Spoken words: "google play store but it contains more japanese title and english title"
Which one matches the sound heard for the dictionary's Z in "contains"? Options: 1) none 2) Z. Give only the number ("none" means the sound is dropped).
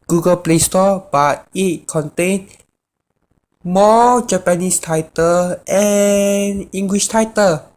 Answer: 1